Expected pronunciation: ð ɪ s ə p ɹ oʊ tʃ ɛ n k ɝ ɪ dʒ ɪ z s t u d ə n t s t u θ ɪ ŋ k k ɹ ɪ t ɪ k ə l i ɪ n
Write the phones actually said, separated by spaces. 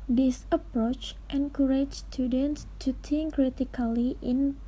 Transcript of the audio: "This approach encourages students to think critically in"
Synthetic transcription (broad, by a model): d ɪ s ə p ɹ oʊ tʃ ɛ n k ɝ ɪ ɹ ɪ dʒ s t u d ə n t s t u t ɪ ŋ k k ɹ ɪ t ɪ k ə l i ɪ n